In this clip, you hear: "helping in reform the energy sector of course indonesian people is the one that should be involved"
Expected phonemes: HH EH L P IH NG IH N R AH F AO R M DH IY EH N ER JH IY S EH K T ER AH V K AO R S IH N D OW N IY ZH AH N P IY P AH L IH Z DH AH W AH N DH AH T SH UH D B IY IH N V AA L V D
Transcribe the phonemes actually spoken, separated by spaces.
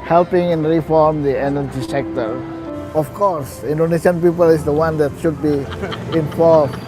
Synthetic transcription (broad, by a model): HH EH L P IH NG IH N R AH F AO R M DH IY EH N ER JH IY S EH K T ER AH F K AO R S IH N D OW N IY S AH N P IY P AH L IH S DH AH W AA N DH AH T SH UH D B IY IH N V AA L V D